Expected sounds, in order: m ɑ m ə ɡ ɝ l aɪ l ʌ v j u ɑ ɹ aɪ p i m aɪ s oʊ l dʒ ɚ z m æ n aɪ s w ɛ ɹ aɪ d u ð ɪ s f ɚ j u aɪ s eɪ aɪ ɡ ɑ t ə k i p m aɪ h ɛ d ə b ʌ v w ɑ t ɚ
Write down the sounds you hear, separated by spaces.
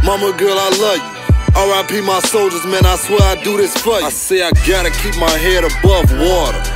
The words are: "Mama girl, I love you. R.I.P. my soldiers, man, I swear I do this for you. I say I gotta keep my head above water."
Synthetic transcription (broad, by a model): m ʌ m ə ɡ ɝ l aɪ l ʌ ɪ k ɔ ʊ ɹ aɪ p i m aɪ s oʊ l dʒ ɚ z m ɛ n aɪ s w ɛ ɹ aɪ d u ð ɪ s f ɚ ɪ aɪ s eɪ aɪ ɡ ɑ t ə k i p m aɪ h ɛ d ə b ʌ v w ɑ t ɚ